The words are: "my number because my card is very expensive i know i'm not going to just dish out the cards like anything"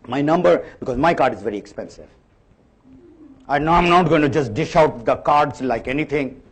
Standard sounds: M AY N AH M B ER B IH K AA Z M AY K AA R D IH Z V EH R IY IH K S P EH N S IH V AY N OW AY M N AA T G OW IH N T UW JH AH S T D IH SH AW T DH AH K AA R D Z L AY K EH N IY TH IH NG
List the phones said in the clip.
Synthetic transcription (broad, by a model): M AY N AH M B ER B IH K AA Z M AY K AA R D IH Z V EH R IY IH K S P EH N S IH V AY N OW AY M N AA T G OW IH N T UW JH AH S T D IH SH AW T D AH K AA R D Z L AY K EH N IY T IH NG